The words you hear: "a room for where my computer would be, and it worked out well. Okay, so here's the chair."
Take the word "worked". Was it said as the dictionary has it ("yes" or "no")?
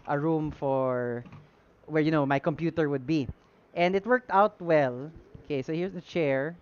yes